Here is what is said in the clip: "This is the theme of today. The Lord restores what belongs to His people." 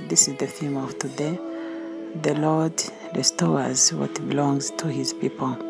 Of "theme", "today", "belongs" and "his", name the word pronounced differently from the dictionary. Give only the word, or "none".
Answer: theme